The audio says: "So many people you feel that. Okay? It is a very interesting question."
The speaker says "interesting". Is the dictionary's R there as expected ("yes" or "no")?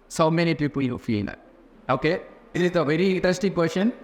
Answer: no